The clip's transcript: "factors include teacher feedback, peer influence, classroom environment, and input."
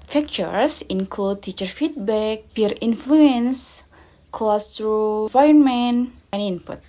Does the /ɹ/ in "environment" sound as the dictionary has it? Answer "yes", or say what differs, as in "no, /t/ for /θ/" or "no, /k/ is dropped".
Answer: no, /ɹ/ is dropped